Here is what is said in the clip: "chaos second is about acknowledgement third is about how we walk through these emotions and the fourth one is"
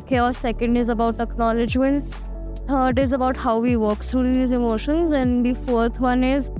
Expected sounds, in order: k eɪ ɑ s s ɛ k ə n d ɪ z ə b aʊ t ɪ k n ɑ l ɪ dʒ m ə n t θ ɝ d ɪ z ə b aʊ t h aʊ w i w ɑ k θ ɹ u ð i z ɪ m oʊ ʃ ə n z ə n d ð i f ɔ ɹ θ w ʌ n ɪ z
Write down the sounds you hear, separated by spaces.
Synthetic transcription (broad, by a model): k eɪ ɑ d s ɛ k ə n d ɪ z ə b aʊ t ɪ k n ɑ l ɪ dʒ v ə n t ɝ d ɪ z ə b aʊ t h aʊ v i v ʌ k s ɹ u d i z ɪ m oʊ ʃ ə n z ə n d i f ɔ ɹ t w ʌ n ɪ z